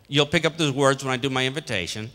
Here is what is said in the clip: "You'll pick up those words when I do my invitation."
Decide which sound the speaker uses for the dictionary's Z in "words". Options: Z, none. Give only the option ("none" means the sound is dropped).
Z